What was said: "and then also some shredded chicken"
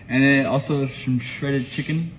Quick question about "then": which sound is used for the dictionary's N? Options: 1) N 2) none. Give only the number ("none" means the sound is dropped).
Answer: 2